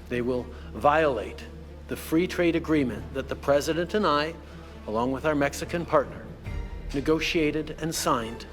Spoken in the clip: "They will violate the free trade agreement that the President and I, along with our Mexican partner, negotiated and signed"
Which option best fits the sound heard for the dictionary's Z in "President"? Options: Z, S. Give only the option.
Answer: Z